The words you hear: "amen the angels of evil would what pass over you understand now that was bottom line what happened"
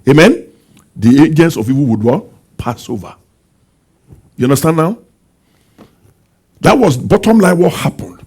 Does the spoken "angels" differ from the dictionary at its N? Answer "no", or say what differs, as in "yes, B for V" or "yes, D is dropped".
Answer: yes, N is dropped